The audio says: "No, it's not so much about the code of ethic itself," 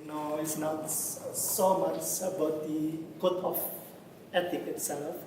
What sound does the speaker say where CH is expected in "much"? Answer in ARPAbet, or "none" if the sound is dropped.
S